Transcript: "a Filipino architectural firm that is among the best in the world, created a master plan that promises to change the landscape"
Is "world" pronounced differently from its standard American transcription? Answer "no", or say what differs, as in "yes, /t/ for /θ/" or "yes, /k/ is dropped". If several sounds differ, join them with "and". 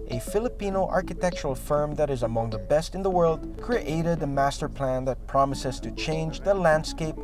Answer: no